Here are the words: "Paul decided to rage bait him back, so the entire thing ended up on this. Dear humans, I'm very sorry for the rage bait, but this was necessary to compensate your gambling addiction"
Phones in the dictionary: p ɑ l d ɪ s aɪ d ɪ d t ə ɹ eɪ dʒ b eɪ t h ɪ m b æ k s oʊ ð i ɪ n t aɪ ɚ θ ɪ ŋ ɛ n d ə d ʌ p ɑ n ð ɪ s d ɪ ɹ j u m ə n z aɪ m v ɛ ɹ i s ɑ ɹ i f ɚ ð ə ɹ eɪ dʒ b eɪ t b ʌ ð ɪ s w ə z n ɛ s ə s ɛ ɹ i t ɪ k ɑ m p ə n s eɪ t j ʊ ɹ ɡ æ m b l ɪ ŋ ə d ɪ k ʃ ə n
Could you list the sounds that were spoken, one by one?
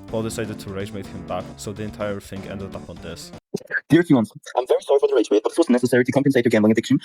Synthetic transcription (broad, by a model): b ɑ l d ɪ s aɪ d ɪ d t ə ɹ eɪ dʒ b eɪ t h ɪ m b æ k s oʊ ð i ɪ n t aɪ ɚ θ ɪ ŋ ɛ n d ə d ʌ p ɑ n ð ɪ s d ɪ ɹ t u ə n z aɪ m v ɛ ɹ i s ɑ ɹ i f ɚ ð ə ɹ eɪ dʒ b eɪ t b ʌ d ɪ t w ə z n ɛ s ə s ɛ ɹ i t ɪ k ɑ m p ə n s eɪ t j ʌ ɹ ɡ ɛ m l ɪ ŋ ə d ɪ k ʃ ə n